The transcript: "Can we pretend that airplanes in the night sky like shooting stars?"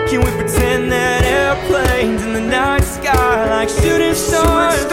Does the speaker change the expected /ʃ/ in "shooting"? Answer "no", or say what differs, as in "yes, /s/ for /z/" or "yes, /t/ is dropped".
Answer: yes, /s/ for /ʃ/